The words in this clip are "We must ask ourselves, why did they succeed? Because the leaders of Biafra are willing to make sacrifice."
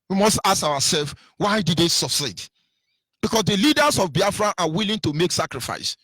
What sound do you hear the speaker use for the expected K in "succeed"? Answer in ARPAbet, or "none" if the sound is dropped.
none